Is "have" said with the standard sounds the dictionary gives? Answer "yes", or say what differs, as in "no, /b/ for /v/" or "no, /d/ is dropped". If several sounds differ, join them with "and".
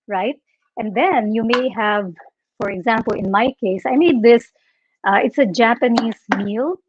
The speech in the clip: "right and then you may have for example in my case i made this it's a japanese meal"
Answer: yes